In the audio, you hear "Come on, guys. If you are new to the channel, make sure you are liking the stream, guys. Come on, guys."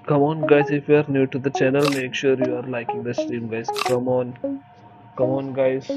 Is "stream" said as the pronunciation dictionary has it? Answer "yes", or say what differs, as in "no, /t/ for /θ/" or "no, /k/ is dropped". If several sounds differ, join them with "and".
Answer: no, /ɹ/ is dropped